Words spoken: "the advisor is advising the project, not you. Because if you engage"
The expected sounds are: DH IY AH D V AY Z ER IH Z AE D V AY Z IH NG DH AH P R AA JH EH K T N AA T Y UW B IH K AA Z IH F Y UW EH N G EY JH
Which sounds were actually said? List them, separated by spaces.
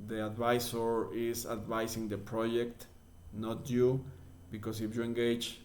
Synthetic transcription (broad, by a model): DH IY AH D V AY S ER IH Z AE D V AY S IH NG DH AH P R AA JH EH K T N AA T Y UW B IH K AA S IH F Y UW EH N G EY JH